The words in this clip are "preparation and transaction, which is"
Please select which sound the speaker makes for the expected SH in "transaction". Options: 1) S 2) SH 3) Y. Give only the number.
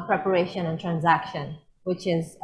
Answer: 2